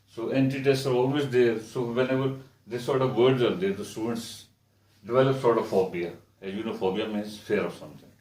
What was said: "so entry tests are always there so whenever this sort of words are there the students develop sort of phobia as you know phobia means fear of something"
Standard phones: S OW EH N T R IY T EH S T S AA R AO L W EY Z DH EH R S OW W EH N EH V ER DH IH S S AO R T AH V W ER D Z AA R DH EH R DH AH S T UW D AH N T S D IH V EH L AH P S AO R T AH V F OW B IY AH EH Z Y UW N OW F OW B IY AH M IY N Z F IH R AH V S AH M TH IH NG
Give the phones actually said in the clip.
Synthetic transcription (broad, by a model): S OW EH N T IY T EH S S AA R AO L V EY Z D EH R S OW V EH N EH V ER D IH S S AO R T AH V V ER D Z AA R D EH R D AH S T UW D AH N T S D IH V EH L AH P S AO R T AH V F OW B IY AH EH Y UW N OW F OW B IY AH M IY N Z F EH R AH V S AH M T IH NG